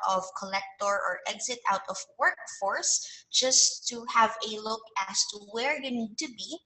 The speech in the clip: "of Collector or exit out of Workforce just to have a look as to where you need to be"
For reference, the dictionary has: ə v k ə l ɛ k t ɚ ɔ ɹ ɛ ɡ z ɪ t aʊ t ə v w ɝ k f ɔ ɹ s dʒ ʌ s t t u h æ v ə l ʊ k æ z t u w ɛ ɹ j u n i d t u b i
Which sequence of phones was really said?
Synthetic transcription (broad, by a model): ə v k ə l ɛ k t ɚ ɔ ɹ ɛ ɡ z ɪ t aʊ t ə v w ɝ k f ɔ ɹ s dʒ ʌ s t t u h æ v ə l ʊ k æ s t u w ɛ ɹ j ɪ n i d t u b i